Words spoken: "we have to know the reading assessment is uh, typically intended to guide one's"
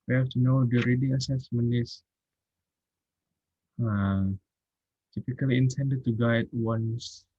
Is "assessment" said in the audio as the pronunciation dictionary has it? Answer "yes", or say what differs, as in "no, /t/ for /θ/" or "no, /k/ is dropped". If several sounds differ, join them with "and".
no, /t/ is dropped